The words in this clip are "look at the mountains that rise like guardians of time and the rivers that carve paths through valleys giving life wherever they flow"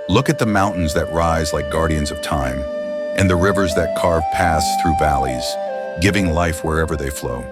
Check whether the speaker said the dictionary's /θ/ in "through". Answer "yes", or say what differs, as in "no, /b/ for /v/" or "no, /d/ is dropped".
yes